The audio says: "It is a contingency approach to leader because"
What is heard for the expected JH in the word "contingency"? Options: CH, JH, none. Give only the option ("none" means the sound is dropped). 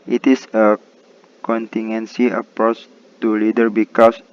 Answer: none